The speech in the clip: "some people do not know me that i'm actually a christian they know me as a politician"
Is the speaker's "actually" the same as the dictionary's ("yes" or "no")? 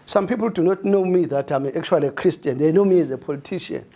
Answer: no